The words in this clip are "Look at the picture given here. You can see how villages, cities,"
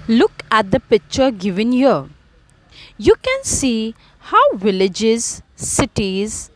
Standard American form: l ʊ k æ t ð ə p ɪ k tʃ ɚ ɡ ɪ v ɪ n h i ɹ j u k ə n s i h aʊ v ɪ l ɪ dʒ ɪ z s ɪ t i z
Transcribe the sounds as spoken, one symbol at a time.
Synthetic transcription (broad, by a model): l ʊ k æ t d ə p ɪ k tʃ ɚ ɡ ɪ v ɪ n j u j u k ə n s i h aʊ v ɪ l ɪ dʒ ɪ z s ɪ t i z